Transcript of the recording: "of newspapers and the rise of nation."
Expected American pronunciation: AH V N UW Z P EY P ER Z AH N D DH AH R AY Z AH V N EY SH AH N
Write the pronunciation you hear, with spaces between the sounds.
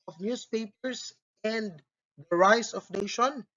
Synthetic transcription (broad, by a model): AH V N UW S P EY P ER S AH N D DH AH R AY S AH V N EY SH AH N